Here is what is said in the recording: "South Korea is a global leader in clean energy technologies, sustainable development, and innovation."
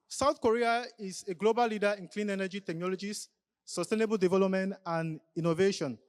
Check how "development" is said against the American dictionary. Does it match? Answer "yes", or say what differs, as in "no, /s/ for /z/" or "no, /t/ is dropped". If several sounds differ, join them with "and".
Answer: yes